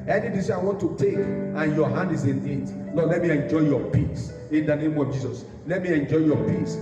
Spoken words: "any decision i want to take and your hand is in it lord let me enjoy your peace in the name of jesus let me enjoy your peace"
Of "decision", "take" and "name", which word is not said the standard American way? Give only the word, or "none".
decision